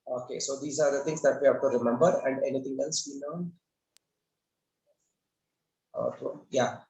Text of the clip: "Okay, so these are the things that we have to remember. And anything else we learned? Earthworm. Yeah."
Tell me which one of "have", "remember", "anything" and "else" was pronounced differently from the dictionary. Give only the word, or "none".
anything